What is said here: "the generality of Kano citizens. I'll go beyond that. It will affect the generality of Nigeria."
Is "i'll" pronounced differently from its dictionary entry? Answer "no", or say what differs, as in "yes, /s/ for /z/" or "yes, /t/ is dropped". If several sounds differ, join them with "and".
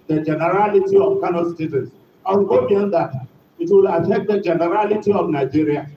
yes, /w/ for /l/